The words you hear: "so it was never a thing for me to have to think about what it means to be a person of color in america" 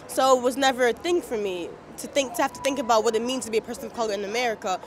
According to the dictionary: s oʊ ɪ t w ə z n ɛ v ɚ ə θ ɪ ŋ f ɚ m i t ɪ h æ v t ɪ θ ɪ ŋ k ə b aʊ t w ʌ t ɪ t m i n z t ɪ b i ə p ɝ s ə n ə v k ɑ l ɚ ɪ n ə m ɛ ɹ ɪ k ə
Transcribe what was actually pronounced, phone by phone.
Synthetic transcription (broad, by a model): s oʊ ɪ t w ə z n ɛ v ɚ ə θ ɪ ŋ f ɚ m i t ɪ h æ f t ɪ θ ɪ ŋ k ə b aʊ t w ʌ t ɪ t m i n z t ɪ b i ə p ɝ s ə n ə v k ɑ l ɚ ɪ n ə m ɛ ɹ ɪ k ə